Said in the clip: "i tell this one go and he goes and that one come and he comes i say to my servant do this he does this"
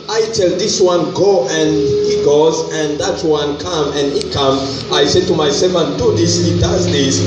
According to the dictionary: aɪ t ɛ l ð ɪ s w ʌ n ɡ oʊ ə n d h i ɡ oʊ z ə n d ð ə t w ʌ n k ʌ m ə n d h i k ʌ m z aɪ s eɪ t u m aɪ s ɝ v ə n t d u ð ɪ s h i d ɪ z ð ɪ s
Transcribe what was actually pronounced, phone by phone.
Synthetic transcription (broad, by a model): aɪ t ɛ l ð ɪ s w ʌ n ɡ oʊ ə n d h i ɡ oʊ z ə n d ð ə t w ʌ n k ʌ m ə n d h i k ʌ m aɪ s eɪ t u m aɪ s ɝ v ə n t d u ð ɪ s h i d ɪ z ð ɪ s